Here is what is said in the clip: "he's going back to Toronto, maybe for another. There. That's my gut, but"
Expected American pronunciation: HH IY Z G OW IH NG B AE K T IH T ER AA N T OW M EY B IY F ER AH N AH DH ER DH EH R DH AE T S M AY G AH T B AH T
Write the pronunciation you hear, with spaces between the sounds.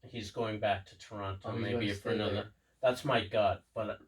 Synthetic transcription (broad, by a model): HH IY Z G OW IH NG B AE K T IH T ER AA N T OW M EY B IY F ER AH N AH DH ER DH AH R DH AE T S M AY G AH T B AH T